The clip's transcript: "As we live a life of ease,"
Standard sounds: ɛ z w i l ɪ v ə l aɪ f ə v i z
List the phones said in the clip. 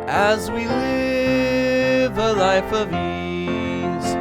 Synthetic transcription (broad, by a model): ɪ z w i l ɪ v ə l aɪ f ə v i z